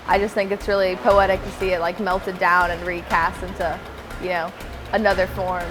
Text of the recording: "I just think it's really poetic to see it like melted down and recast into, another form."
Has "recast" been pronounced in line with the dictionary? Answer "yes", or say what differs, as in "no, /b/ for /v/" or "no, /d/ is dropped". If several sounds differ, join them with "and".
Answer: yes